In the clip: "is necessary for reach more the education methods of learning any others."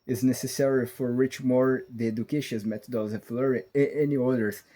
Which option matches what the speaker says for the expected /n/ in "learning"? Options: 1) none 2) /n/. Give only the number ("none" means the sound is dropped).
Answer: 1